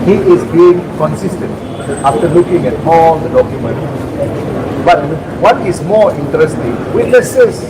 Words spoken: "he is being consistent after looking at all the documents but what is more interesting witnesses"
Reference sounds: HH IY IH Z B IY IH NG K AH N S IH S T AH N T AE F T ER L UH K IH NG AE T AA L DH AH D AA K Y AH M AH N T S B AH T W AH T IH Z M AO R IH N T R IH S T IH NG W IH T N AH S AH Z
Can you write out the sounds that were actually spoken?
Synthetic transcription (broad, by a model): HH IY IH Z B IY IH NG K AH N S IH S T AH N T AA F T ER L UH K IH NG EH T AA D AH D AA K Y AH M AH N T B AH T W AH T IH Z M AO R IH N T R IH S T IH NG W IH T N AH S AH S